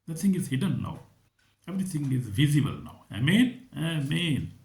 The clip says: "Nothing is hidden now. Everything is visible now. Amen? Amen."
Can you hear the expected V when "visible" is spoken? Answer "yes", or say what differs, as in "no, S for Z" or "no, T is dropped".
yes